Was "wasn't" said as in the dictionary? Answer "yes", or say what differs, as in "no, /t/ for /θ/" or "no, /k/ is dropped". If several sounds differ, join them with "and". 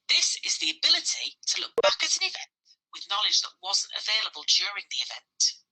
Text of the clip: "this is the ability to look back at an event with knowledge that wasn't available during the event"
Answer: yes